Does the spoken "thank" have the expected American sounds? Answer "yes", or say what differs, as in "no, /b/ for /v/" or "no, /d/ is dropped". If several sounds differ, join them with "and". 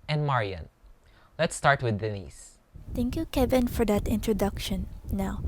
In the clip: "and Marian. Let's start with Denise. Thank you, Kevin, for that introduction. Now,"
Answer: no, /t/ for /θ/